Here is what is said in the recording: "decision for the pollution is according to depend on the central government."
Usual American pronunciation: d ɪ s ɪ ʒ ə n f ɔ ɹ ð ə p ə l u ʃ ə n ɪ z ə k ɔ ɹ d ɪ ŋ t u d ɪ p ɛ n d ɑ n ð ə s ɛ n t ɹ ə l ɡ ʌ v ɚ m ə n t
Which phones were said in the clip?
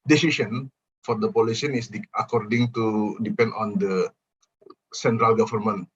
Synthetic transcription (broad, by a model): d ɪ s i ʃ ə n f ɔ ɹ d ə p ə l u s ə n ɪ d ə k ɔ ɹ d ɪ ŋ t u d ɪ p ɛ n d ɑ n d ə s ɛ n t ɹ ə l ɡ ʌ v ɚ m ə n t